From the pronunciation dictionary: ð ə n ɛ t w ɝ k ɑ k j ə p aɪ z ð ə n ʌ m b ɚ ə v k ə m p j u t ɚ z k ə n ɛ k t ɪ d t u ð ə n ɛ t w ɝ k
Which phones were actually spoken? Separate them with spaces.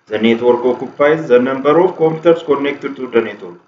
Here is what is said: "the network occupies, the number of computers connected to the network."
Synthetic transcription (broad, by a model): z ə n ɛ t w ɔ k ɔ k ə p aɪ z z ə n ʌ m b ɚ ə f k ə m p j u t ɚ s k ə n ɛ k t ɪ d t u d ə n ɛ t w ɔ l